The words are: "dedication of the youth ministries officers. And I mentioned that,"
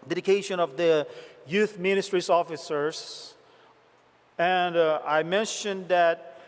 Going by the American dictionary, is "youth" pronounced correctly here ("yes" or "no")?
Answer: yes